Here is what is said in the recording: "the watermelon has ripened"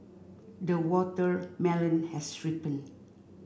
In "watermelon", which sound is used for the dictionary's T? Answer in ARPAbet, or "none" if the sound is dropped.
T